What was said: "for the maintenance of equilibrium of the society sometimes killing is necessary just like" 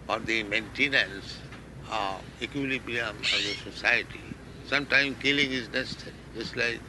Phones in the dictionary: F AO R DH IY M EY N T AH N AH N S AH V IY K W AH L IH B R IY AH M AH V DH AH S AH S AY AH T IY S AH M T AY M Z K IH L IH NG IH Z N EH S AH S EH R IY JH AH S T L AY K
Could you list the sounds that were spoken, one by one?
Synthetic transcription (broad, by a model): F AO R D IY M EY N T AH N AH N S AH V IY K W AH L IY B IY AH M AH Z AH S AH S AY AH T IY S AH M T AY M K IH L IH NG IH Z N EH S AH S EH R IY JH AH S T L AY K